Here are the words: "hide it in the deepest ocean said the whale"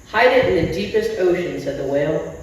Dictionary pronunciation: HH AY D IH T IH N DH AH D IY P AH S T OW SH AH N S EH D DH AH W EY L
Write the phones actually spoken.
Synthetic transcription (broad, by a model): HH AY D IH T IH N DH AH D IY P AH S T OW SH AH N S EH D DH AH W EY L